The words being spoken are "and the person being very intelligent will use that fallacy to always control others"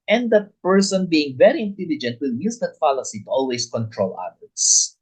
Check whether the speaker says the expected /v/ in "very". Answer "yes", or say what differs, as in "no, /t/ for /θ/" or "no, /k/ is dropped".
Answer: yes